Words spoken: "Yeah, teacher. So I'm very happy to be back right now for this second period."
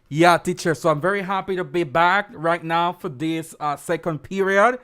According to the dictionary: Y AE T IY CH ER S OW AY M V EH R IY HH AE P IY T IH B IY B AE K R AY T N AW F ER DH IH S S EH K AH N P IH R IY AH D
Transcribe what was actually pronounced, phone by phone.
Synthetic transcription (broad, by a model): Y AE T IY CH ER S OW AY M V EH R IY HH AE P IY T IH B IY B AE K R AY T N AW F ER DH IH S S EH K AH N P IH R IY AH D